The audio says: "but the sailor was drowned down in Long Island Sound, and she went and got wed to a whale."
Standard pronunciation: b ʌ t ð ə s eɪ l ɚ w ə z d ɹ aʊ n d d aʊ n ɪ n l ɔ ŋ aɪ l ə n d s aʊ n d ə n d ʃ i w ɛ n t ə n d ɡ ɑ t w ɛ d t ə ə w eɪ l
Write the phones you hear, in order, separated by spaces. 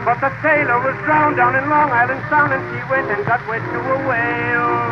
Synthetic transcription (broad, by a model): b ʌ t ð ə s eɪ l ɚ w ə z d ɹ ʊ n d d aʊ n ɪ n l ɔ ŋ aɪ l ə n d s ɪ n ə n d i w ɛ n t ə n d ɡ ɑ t w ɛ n t ə ə w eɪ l